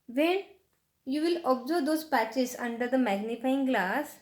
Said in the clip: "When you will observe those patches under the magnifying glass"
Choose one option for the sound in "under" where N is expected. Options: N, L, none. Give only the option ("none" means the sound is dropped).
N